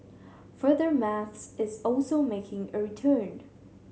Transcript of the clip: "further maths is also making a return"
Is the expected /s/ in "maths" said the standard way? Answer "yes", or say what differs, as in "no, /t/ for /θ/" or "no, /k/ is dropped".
yes